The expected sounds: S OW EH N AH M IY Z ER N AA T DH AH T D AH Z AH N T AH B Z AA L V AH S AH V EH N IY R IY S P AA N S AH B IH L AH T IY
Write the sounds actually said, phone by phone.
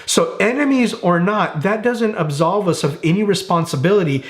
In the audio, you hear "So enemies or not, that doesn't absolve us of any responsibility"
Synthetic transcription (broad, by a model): S OW EH N AH M IY Z ER N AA T DH AH T D AH Z AH N T AH B Z AA L V AH S AH V EH N IY R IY S P AA N S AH B IH L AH T IY